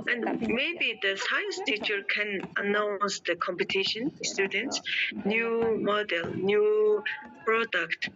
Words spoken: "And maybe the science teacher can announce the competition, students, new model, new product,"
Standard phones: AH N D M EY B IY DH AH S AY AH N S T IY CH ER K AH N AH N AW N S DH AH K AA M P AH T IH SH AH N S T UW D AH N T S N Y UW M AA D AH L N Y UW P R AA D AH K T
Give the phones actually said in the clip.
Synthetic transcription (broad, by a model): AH N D M EY B IY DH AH S AY AH N S T IY CH ER K AH N AH N AW N S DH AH K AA M P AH T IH SH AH N S T UW D AH N T S N Y UW M AA D AH L N Y UW P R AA D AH K T